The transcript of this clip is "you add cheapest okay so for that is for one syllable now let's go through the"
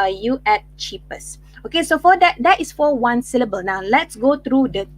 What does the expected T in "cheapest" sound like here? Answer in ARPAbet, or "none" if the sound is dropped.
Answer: none